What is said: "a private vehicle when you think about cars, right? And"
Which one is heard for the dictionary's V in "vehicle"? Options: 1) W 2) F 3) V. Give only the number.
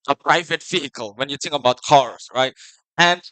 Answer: 2